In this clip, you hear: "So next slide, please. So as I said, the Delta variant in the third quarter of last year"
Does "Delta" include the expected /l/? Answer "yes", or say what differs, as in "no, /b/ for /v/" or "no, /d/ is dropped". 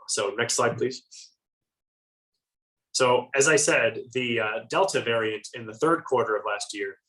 yes